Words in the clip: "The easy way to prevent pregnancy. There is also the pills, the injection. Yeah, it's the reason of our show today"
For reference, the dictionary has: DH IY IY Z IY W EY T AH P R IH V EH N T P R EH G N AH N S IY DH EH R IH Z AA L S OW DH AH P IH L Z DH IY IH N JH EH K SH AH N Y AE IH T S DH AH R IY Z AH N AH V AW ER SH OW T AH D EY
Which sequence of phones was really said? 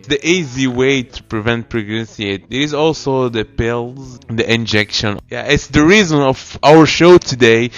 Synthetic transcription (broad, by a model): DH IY IY Z IY W EY T AH P R IH V EH N T P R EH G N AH N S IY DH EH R IH Z AA L S OW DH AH P IH L Z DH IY IH N JH EH K SH AH N Y AE IH T S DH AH R IY Z AH N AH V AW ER SH OW T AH D EY